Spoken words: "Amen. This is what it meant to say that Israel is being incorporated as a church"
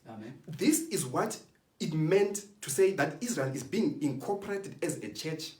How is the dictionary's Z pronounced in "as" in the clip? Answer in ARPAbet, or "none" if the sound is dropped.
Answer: Z